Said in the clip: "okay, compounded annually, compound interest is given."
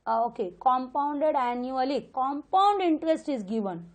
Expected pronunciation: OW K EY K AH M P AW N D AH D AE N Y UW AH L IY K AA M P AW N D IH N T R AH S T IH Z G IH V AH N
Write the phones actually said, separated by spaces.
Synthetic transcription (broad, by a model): OW K EY K AH M P AW N D AH D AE N Y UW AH L IY K AA M P AW N D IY N T R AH S T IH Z G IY V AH N